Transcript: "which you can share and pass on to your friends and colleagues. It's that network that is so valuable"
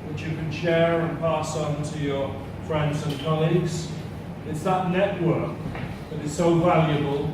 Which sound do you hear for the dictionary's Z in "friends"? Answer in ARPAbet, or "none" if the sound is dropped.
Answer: Z